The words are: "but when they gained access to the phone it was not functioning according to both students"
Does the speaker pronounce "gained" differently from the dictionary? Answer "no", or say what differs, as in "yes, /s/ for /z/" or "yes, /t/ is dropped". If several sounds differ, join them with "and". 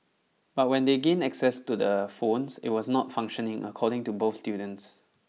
yes, /d/ is dropped